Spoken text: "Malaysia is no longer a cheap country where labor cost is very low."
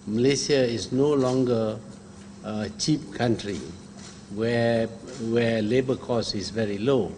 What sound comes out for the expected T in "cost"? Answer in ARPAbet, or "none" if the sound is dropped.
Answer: none